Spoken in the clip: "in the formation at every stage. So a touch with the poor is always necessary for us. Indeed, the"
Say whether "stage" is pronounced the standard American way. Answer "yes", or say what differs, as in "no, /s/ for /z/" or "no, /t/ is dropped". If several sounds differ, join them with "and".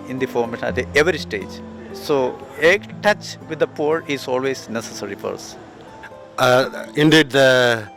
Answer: yes